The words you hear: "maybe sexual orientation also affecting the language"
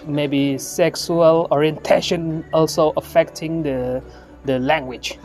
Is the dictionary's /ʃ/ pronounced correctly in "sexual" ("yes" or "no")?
no